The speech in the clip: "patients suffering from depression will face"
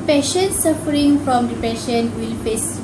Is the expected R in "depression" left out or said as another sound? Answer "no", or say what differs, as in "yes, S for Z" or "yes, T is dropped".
yes, R is dropped